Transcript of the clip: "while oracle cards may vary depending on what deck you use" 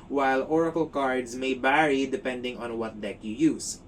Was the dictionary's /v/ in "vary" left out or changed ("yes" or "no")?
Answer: yes